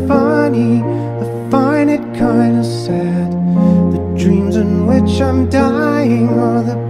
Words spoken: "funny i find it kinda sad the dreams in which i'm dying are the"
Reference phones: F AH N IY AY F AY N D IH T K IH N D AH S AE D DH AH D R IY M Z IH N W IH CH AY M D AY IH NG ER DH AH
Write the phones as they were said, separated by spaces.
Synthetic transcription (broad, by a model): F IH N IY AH F AY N IH T K IH N D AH S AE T DH AH D R IY M Z IH N W IH CH AY M D AY IH NG ER DH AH